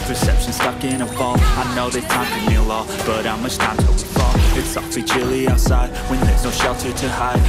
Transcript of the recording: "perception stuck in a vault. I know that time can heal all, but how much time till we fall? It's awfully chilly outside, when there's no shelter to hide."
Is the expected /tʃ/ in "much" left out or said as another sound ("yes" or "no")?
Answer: yes